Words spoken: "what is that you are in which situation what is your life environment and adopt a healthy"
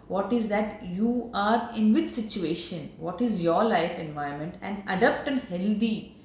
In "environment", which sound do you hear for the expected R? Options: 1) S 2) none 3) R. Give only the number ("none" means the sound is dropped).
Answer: 2